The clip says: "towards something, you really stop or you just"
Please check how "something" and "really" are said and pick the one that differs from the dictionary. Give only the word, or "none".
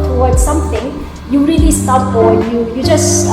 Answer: something